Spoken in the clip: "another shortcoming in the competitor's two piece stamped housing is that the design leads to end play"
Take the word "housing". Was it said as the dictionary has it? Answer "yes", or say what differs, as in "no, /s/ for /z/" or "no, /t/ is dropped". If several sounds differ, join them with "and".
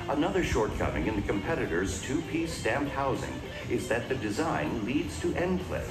yes